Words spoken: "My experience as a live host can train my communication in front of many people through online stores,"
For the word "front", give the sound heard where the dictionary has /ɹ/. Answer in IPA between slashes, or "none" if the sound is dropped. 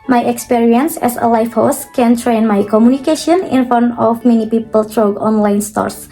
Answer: none